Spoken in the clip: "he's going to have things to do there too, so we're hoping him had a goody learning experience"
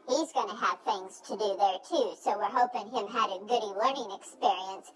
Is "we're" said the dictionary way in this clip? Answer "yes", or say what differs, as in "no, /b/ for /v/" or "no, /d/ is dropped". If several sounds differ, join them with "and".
yes